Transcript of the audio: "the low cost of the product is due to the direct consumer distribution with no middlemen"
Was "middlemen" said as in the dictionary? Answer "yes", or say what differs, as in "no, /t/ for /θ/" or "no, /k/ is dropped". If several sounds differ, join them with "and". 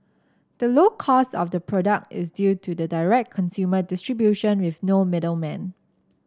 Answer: yes